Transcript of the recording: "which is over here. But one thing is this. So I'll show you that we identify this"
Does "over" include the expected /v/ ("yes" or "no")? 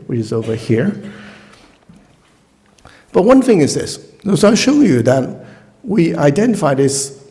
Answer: yes